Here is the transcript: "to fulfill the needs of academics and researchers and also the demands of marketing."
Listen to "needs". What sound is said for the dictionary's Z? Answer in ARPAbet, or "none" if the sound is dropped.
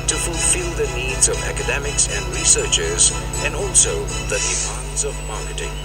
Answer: Z